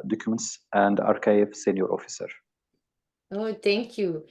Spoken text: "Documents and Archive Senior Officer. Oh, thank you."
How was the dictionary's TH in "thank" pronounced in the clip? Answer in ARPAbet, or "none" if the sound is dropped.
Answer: T